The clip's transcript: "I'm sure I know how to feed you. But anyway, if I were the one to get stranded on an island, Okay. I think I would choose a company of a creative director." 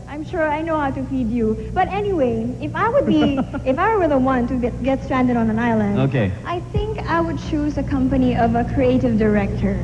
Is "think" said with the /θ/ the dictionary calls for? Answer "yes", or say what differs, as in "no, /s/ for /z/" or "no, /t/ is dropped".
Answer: yes